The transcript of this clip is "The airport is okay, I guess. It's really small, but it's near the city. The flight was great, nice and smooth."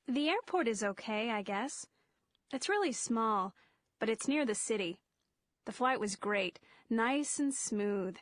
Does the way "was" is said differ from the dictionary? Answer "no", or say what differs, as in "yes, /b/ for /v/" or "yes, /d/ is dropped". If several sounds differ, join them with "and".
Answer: no